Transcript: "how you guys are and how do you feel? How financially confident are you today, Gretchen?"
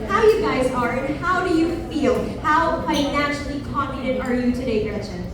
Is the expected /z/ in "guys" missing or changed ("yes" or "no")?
no